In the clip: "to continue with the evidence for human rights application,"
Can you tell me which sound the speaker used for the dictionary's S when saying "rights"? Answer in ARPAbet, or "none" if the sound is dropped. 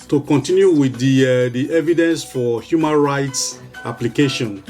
S